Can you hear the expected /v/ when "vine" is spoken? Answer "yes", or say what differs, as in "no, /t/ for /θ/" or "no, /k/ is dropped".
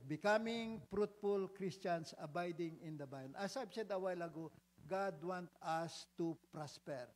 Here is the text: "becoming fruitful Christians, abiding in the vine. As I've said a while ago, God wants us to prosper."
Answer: no, /b/ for /v/